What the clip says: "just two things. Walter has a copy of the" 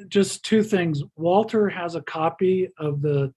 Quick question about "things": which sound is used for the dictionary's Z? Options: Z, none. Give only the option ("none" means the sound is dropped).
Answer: Z